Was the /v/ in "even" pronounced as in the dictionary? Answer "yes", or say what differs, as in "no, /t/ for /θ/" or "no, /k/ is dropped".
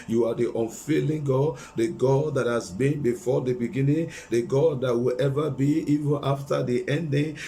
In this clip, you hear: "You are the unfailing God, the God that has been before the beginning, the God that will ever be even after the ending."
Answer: yes